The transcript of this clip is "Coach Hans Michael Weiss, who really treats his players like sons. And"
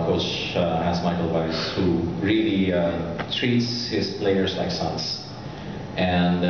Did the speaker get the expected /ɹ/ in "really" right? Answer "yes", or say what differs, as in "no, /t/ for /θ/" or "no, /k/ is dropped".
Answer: yes